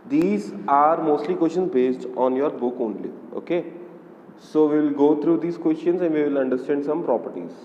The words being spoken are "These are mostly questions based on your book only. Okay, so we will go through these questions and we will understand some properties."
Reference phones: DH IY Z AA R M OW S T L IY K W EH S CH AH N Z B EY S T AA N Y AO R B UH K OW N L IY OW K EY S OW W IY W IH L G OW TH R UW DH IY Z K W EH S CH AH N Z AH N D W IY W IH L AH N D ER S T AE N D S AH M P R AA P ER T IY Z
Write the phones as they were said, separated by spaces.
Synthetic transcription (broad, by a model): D IY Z AA R M OW S T L IY K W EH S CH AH N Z B EY S T AA N Y AO R B UH K OW N L IY OW K EY S OW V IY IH L G OW T R UW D IY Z K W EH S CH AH N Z AH N D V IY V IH L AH N D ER S T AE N D S AH M P R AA P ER T IY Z